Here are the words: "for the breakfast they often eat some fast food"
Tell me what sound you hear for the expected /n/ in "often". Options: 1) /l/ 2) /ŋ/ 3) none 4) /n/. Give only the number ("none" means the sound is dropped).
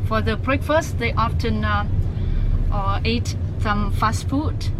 4